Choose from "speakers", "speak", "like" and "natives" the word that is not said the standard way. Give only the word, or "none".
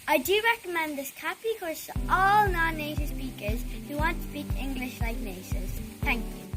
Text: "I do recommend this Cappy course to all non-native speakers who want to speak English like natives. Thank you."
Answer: natives